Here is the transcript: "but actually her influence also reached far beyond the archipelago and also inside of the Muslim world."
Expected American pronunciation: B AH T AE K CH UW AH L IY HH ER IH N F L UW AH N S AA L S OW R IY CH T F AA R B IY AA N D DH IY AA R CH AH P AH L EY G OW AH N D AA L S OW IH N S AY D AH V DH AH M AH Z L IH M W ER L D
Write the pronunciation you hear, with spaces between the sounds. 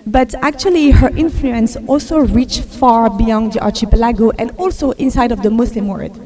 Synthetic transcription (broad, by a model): B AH T AE K CH UW AH L IY HH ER IH N F L UW AH N S AA L S OW R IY CH F AA R B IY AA N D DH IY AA R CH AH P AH L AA G OW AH N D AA L S OW IH N S AY D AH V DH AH M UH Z L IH M W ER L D